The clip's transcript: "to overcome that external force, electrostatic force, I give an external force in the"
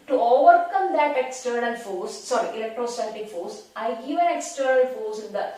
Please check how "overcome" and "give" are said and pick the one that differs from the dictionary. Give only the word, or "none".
give